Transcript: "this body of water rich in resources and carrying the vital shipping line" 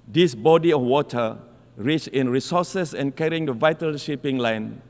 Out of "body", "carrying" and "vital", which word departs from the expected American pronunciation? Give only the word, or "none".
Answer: none